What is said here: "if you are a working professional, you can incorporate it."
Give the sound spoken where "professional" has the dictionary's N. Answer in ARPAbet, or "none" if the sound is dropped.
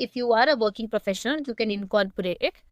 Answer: none